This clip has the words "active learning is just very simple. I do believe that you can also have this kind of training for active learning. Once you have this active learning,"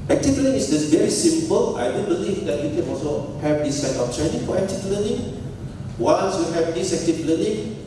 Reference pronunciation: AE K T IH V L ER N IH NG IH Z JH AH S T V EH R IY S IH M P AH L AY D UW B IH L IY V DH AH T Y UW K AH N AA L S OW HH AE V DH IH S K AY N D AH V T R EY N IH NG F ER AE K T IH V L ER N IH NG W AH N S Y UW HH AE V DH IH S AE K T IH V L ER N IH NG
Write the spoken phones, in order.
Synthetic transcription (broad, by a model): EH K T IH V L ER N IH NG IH S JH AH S V EH R IY S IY M P AH L AY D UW B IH L IY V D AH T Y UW K AH N AA L S OW HH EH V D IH S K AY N AH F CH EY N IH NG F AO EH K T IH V L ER N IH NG W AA N S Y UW HH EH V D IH S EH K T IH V L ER N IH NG